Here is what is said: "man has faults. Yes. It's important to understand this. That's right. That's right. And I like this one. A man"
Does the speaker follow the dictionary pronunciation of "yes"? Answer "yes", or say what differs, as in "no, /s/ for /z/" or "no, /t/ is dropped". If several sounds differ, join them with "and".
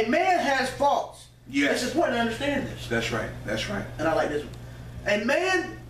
no, /s/ is dropped